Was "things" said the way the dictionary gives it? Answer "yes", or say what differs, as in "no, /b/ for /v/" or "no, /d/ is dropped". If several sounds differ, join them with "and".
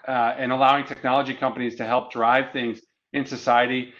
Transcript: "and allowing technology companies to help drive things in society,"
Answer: yes